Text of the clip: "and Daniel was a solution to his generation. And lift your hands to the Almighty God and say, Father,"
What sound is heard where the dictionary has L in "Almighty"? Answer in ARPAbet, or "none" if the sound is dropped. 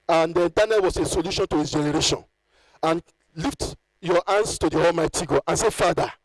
L